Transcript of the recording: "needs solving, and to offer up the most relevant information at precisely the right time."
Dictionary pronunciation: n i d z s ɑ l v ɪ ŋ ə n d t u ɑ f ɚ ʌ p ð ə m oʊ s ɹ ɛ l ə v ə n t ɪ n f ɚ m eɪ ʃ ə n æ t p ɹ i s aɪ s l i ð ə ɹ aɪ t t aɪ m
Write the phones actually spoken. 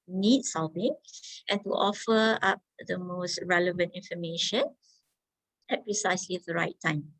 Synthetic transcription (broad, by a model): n i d s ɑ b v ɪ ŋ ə n t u ɑ f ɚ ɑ p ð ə m oʊ s ɹ ɛ l ə v ə n t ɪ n f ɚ m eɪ ʃ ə n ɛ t p ɹ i s aɪ s l i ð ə ɹ aɪ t t aɪ m